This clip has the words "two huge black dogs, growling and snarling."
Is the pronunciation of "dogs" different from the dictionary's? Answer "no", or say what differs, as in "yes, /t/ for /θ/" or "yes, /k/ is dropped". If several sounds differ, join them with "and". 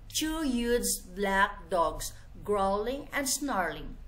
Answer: yes, /s/ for /z/